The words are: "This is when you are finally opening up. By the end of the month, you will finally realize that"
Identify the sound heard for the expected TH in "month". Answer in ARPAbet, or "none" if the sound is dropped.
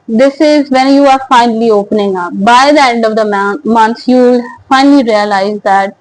S